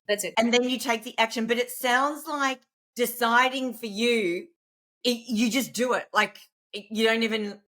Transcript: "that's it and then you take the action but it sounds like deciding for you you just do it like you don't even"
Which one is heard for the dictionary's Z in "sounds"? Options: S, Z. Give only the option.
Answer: Z